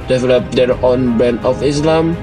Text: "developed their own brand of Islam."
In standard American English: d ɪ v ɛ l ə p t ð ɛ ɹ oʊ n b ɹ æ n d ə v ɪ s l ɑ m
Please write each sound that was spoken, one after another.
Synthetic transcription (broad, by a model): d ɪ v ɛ l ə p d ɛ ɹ oʊ n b ɛ n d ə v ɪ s l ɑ m